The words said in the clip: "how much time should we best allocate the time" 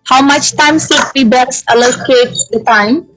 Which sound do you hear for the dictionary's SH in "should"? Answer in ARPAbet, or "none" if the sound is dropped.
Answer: S